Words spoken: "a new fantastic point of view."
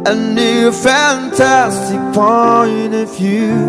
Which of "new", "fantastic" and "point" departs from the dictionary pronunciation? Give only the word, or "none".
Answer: point